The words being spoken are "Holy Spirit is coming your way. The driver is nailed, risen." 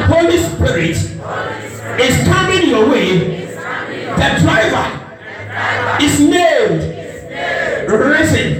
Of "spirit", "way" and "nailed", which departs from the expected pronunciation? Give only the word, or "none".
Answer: nailed